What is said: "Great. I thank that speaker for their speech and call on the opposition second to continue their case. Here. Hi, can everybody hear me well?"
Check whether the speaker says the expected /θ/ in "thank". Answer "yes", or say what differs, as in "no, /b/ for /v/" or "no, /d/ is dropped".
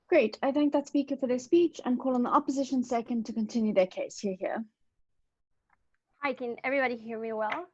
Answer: yes